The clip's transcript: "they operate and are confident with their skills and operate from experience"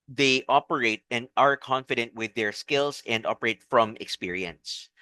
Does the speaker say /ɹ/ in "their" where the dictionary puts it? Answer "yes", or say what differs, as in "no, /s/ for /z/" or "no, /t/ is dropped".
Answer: yes